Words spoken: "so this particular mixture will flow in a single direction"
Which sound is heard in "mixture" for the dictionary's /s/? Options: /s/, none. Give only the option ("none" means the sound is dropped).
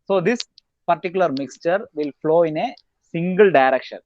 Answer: /s/